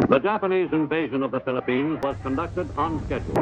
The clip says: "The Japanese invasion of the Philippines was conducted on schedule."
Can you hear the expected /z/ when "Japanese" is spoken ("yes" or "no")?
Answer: yes